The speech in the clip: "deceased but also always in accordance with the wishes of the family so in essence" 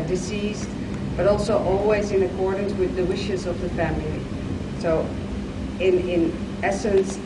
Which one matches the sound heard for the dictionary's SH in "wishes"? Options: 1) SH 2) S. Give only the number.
1